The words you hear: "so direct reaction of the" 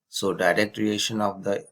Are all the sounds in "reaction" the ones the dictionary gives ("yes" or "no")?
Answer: no